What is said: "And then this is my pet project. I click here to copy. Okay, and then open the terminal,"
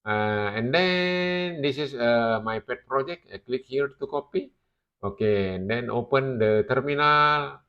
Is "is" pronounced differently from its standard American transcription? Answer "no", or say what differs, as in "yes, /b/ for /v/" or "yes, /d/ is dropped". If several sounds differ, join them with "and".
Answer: yes, /s/ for /z/